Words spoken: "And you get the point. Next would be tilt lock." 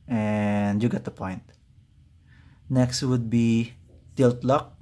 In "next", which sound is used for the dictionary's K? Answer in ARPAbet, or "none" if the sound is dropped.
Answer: K